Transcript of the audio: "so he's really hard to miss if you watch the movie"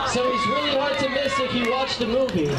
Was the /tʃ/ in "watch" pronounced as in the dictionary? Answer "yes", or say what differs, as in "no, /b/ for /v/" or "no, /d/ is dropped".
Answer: yes